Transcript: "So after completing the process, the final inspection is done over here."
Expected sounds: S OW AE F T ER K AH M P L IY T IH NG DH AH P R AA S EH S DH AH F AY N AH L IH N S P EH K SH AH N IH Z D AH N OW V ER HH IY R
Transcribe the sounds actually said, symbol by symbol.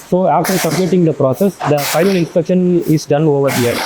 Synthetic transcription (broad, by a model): S OW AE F T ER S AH P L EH T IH NG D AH P R AA S EH S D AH F AY N AH L IH N S P EH K SH AH N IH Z D AH N OW V ER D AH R